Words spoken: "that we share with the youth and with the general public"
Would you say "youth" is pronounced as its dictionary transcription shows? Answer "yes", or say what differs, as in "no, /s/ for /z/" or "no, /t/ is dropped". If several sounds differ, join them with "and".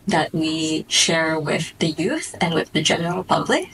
yes